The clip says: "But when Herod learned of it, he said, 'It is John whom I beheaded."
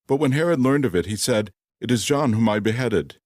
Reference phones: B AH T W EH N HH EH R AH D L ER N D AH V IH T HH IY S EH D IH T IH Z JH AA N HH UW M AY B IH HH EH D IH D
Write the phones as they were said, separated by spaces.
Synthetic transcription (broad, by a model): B AH T W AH N HH EH R AH D L ER N D AH V IH T HH IY S EH D IH T IH Z JH AA N HH UW M AY B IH HH EH D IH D